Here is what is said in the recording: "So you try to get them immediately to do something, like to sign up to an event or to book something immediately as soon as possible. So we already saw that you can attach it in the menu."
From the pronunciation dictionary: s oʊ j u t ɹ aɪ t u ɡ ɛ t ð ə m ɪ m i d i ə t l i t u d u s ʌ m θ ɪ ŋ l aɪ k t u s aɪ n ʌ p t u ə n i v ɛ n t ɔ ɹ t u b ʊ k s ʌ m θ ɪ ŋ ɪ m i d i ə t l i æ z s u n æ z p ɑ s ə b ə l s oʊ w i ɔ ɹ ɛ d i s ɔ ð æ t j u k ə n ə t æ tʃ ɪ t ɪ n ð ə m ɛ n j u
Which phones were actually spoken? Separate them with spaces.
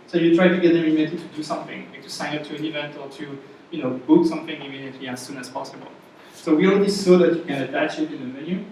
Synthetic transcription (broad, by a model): s oʊ j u t ɹ aɪ t u ɡ ɛ t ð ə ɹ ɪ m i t i t u d u s ʌ m θ ɪ ŋ l aɪ k t u s aɪ n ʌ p t u ə n i v ɛ n t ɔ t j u b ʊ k s ʌ m θ ɪ ŋ ɪ m i d i ə t l i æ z s u n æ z p ɑ s ə b ə l s oʊ w i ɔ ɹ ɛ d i s ɔ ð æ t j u k ə n ə t æ tʃ ɪ t ɪ n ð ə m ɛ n j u